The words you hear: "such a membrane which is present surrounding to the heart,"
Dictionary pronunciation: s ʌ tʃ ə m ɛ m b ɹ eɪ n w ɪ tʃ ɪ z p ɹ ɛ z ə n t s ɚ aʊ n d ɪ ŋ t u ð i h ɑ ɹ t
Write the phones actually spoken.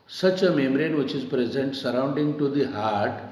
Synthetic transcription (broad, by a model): s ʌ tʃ ə m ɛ m ɹ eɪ n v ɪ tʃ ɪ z p ɹ ɛ z ə n t s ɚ aʊ n d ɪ ŋ t u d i h ɑ ɹ t